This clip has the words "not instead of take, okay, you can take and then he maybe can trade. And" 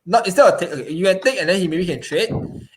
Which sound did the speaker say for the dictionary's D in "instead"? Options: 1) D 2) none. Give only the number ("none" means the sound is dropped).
2